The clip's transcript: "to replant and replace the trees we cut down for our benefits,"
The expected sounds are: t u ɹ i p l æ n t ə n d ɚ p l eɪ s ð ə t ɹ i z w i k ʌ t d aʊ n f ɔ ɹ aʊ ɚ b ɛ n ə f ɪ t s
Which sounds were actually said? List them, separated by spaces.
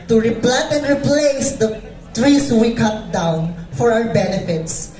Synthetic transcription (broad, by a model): t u ɹ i p l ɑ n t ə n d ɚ p l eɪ s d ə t ɹ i s w i k ʌ t d aʊ n f ɔ ɹ aʊ ɚ b ɛ n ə f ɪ t s